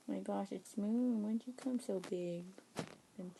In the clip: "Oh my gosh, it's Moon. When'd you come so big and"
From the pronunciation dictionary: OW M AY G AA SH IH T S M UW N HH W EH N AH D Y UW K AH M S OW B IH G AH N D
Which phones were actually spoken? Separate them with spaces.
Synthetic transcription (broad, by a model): M AY G AA SH IH T S M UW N W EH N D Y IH K AH M S OW B IH G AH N